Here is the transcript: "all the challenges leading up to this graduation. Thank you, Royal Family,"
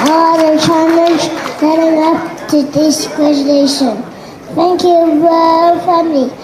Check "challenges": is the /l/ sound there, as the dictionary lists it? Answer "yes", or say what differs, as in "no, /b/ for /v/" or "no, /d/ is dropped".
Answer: no, /n/ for /l/